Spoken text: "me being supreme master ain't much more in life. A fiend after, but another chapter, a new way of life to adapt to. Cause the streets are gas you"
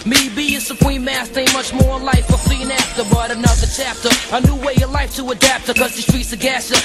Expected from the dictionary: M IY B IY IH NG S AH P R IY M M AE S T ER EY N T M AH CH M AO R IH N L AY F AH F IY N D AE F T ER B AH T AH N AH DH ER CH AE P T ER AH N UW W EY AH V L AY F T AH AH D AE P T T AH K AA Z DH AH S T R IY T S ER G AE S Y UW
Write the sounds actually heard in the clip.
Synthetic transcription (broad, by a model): M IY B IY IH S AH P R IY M M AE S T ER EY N M AH CH M AO R IH N L AY F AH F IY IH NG AE F T ER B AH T AH N AH DH ER CH AE P T ER AH N UW W EY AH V L AY F T AH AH D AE P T T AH K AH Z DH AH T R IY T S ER G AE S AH